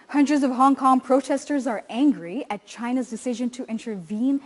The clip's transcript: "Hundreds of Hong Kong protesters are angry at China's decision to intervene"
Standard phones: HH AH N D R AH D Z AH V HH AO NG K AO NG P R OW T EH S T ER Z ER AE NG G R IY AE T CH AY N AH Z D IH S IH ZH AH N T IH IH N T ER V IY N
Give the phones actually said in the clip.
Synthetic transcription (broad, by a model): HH AH N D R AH D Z AH V HH AO NG K AO NG P R OW T EH S T ER Z ER AE NG G R IY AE T CH AY N AH Z D IH S IH ZH AH N T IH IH N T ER V IY N